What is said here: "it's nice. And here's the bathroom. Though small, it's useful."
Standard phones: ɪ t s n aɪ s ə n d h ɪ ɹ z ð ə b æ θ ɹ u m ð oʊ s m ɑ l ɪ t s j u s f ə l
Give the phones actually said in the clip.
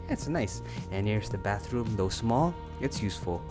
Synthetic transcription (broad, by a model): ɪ t s n aɪ s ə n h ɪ ɹ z ð ə b æ θ ɹ u m ð oʊ s m ɑ l ɪ t s j u s f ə l